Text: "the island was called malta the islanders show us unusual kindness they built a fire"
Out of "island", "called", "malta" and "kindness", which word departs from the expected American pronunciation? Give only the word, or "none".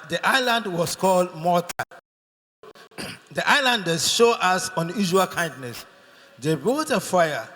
malta